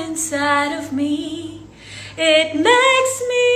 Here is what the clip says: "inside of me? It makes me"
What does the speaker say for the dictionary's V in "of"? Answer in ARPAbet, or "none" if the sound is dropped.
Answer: V